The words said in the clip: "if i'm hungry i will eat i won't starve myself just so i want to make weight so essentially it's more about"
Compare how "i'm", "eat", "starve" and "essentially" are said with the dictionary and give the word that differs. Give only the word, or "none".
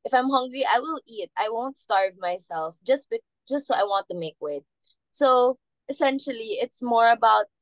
none